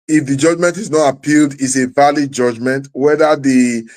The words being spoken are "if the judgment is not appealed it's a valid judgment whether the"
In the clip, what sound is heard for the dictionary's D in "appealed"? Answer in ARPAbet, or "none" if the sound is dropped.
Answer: D